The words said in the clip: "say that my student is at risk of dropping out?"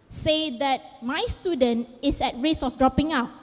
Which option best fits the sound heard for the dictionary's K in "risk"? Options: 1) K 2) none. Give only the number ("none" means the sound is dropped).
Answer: 2